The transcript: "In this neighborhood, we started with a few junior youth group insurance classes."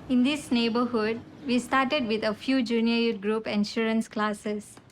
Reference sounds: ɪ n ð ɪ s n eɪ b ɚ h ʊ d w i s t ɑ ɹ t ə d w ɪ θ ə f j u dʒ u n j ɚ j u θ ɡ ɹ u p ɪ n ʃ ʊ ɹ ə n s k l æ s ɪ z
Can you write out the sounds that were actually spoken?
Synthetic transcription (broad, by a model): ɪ n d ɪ s n eɪ b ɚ h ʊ d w i s t ɑ ɹ t ə d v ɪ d ə f j u dʒ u n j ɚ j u t ɡ ɹ u p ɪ n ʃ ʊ ɹ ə n s k l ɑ s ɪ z